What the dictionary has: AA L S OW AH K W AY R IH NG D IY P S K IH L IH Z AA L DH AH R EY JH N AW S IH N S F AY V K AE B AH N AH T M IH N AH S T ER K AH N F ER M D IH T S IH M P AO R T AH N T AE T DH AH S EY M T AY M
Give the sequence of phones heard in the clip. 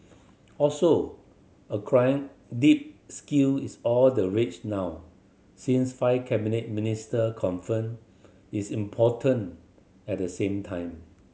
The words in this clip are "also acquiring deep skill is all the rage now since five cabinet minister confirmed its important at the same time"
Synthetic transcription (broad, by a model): AA L S OW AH K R AY IH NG D IY P S K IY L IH S AA L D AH R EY CH N AW S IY N S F AY K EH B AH N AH T M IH N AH S T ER K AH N F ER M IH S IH M P AO T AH N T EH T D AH S EY M T AY M